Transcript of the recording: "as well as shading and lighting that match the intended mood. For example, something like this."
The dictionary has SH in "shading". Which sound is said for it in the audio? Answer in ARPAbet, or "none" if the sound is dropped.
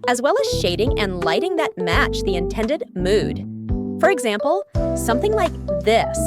SH